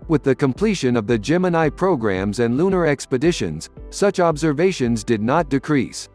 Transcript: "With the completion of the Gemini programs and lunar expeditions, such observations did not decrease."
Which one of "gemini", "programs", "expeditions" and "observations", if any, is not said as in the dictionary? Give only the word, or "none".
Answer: none